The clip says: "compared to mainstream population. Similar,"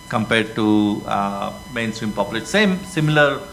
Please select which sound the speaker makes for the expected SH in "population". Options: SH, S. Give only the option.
S